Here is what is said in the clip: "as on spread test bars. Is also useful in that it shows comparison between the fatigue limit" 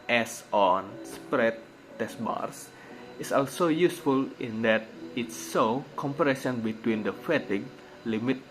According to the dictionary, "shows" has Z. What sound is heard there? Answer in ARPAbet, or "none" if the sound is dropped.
none